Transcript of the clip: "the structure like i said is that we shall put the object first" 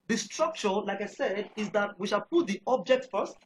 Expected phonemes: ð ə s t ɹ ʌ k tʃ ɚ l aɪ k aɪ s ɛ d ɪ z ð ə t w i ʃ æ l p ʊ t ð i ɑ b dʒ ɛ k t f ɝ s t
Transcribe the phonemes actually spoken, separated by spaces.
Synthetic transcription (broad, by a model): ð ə s t ɹ ʌ k tʃ ɚ l aɪ k aɪ s ɛ d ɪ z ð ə t w i ʃ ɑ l p ʊ t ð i ɑ b dʒ ɛ k t f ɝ s t